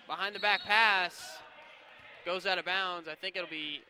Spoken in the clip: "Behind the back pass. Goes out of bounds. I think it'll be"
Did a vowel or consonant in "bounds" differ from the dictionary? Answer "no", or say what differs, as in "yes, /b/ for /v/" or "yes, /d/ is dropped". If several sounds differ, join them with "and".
no